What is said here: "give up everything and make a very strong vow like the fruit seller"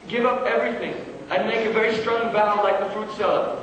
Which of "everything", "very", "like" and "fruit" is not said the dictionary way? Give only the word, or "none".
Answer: none